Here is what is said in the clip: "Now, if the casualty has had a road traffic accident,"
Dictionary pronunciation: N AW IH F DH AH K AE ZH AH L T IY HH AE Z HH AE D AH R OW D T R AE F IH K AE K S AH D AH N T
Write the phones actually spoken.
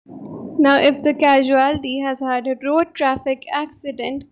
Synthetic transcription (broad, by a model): N AW IH F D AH K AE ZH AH L T IY HH AE Z HH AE D AH R OW D T R AE F IH K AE K S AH D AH N T